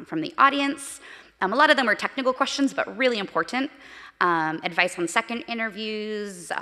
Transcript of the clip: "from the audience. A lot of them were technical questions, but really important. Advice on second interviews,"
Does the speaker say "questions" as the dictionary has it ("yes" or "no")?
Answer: yes